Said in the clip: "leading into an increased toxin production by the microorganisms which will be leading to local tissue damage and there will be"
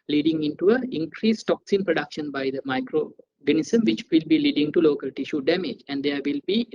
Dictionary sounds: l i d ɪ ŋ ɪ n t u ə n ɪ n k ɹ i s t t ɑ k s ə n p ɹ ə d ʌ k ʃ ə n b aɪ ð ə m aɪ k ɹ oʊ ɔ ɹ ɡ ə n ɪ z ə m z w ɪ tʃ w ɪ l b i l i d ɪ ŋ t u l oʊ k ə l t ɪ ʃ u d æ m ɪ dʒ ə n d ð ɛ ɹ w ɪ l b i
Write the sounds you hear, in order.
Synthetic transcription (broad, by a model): l i d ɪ ŋ ɪ n t u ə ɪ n k ɹ i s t t ɑ k s ə n p ɹ ə d ʌ k ʃ ə n b aɪ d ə m aɪ k ɹ oʊ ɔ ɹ ɡ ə n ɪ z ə m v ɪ tʃ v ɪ l b i l i d ɪ ŋ t u l oʊ k ə l t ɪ ʃ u d æ m ɪ dʒ ə n d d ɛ ɹ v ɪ l b i